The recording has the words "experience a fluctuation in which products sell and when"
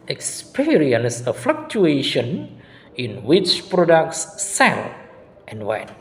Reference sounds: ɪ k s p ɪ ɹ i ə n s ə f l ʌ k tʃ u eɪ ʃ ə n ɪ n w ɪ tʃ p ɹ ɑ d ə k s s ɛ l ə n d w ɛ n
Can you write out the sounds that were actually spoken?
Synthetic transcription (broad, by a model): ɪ k s p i ɹ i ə n s ə f l ʌ k tʃ u eɪ ʃ ə n ɪ n w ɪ tʃ p ɹ ɑ d ə k s s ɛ l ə n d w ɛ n